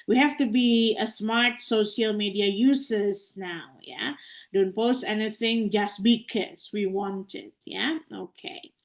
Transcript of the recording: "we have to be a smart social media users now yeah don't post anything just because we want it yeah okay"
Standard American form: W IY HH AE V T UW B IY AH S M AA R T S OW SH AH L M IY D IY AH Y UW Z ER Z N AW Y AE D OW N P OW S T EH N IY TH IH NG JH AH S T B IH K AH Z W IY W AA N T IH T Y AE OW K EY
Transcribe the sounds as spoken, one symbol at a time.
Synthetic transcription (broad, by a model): W IY HH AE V T UW B IY AH S M AA R T S OW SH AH L M IY D IY AH Y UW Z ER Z N AW Y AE D OW N P OW S T EH N IY TH IH NG JH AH S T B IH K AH S W IY W AA N T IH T Y AE OW K EY